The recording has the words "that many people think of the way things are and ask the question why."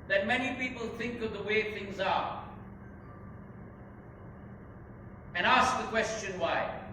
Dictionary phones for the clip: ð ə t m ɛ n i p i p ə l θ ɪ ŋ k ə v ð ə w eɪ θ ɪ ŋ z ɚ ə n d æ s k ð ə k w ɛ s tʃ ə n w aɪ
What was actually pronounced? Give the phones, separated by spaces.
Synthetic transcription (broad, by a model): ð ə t m ɛ n i p i p ə l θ ɪ ŋ k ə v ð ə w eɪ θ ɪ ŋ z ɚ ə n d æ s k ð ə k w ɛ s tʃ ə n w aɪ